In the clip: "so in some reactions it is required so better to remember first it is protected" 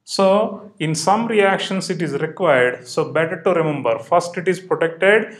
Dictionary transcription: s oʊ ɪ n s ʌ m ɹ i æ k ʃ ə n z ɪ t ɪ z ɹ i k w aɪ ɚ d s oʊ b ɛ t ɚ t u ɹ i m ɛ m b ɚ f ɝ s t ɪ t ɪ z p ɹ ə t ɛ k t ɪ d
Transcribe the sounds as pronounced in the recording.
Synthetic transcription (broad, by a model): s oʊ ɪ n s ʌ m ɹ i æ k ʃ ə n s ɪ t ɪ z ɹ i k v aɪ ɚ d s oʊ b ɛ t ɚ t u ɹ i m ɛ m b ɚ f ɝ s t ɪ t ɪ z p ɹ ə t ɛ k t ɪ d